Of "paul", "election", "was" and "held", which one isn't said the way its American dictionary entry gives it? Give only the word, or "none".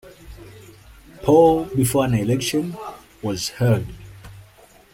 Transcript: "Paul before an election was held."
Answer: held